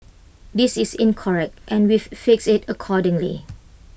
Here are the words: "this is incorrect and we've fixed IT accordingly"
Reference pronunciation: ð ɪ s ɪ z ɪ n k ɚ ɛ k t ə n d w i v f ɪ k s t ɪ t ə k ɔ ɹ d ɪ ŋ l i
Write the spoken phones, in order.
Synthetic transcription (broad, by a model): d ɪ s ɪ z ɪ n k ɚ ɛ k t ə n w i f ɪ k s ɪ t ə k ɔ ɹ d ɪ ŋ l i